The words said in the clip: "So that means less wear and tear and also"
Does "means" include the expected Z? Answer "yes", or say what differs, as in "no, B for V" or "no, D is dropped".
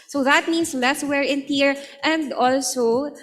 no, S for Z